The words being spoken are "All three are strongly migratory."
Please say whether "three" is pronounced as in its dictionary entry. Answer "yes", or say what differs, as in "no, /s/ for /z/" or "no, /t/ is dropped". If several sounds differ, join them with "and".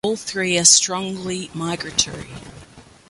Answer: yes